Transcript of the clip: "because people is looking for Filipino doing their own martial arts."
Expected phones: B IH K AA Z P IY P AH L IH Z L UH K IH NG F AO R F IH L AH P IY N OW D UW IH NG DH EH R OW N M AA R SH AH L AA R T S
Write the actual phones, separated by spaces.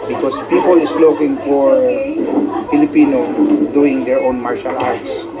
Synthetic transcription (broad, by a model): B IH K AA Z P IY P AH L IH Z L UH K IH NG F AO R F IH L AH P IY N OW D UW IH NG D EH R OW N M AA R SH AH L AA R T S